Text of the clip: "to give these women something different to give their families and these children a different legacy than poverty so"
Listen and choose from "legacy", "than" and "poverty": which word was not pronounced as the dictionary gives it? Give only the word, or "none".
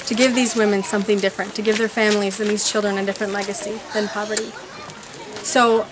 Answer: none